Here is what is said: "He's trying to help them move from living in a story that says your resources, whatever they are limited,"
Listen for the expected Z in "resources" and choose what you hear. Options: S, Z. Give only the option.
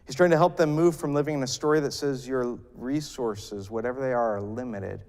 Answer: Z